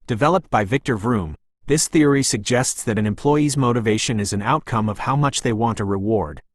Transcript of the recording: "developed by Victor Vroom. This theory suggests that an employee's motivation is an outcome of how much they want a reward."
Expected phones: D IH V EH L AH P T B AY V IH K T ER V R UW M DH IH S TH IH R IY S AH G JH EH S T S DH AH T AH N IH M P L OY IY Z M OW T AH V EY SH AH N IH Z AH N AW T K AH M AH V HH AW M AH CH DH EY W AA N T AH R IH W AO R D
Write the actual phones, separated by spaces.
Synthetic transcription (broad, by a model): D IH V EH L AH P T B AY V IH K T ER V R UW M DH IH S TH IH R IY S AH G JH EH S T S DH AH T AH N IH M P L OY IY Z M OW T AH V EY SH AH N IH Z AH N AW T K AH M AH V HH AW M AH CH DH EY W AA N T AH R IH W AO R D